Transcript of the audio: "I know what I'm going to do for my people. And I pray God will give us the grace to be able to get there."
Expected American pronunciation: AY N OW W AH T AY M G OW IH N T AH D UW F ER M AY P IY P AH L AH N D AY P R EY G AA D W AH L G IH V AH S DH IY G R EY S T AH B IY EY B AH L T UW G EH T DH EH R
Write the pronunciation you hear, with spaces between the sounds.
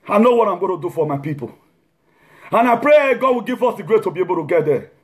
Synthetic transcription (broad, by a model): AY N OW W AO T AY M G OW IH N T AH D UW F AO M AY P IY P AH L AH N AY P R EY G AA D W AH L G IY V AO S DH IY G R EY T AH B IY EY B AH L T UW G EH T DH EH